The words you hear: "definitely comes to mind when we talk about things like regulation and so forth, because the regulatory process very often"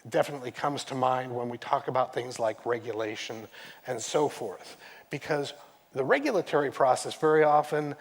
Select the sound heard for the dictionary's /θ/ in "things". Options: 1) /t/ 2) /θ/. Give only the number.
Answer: 2